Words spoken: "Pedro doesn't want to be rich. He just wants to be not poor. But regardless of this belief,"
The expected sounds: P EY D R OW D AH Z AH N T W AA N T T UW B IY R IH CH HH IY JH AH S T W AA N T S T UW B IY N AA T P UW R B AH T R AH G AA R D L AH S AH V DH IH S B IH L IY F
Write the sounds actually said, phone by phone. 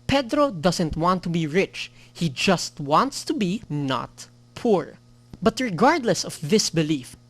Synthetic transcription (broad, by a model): P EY D R OW D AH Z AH N T W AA N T T UW B IY R IH CH HH IY JH AH S T W AA N T S T UW B IY N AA T P UW R B AH T R AH G AA R D L AH S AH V DH IH S B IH L IY F